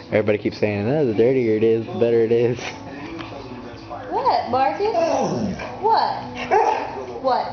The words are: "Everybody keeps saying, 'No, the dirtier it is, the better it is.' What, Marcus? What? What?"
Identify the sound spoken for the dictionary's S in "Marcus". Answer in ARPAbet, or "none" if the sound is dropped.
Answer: none